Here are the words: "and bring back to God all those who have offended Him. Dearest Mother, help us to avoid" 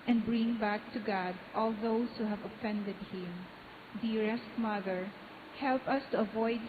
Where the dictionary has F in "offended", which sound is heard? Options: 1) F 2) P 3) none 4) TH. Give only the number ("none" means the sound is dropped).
1